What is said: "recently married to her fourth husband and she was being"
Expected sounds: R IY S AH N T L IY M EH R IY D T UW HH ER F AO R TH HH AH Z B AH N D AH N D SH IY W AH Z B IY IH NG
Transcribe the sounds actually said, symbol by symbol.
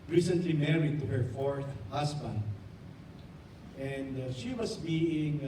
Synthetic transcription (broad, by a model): R IY S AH N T L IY M EH R IY D T UW HH ER F AO R TH HH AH S B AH N D AH N D SH IY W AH S B IY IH NG